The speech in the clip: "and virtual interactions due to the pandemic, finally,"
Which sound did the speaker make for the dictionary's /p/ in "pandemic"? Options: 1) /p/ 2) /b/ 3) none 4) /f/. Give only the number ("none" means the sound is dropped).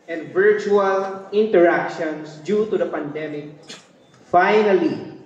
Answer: 1